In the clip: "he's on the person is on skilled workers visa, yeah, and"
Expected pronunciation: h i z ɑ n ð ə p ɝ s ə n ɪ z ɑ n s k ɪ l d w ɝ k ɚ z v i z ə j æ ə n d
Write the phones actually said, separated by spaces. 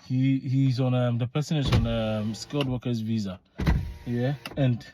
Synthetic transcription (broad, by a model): h i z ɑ n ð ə p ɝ s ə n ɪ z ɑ n s k ɪ l d w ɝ k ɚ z v i z ə j æ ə n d